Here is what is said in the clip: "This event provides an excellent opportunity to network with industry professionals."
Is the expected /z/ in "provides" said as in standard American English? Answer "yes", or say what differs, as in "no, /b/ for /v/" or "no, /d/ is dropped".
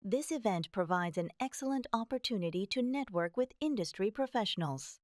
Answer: yes